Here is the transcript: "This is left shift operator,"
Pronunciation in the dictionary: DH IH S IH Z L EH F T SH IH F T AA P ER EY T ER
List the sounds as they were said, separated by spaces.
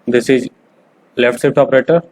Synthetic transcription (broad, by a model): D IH S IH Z L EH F T S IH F T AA P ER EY T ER